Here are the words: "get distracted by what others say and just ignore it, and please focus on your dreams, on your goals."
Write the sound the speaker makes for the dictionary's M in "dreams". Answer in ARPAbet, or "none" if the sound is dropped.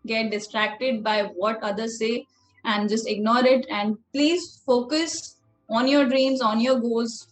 M